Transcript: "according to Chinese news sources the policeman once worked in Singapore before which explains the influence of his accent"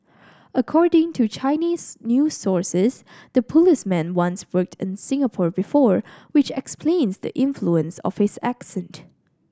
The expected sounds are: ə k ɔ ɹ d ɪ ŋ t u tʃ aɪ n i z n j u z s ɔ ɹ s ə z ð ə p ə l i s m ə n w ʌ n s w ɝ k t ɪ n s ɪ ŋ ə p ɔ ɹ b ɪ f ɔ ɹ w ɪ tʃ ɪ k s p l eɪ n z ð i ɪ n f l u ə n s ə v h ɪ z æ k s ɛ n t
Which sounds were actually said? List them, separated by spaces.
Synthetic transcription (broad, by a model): ə k ɔ ɹ d ɪ ŋ t u tʃ aɪ n i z n j u s ɔ ɹ s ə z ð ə p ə l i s m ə n w ʌ n s w ɝ k t ɪ n s ɪ ŋ ə p ɔ ɹ b ɪ f ɔ ɹ w ɪ tʃ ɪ k s p l eɪ n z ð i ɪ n f l u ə n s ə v h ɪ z æ k s ɛ n t